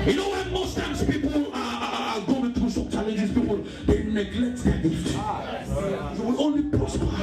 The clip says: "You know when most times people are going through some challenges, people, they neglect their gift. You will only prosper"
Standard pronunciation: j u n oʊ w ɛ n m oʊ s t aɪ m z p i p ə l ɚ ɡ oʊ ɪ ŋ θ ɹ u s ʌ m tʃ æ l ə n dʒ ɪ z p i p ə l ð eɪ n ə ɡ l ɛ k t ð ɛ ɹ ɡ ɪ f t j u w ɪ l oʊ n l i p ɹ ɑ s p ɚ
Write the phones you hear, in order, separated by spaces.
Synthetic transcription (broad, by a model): j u n oʊ w ɛ n m oʊ s t aɪ m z p i p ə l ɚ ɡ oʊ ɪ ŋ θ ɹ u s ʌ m tʃ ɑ l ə n dʒ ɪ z p i p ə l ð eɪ n ə ɡ l ɛ k t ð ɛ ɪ t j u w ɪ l oʊ n l i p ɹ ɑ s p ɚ